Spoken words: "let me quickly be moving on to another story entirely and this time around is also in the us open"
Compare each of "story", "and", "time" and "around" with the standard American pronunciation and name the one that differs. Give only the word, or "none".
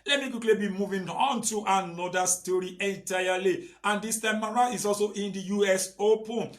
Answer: around